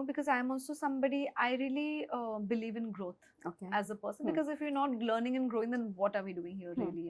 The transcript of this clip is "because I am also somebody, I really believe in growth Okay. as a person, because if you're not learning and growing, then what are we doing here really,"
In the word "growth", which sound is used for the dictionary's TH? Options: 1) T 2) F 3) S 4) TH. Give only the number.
1